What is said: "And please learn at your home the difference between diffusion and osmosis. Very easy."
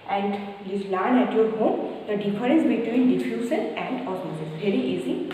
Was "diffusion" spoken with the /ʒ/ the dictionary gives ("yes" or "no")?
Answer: no